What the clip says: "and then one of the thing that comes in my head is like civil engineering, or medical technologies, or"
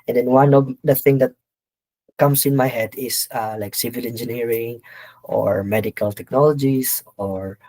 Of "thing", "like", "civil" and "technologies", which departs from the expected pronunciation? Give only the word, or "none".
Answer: technologies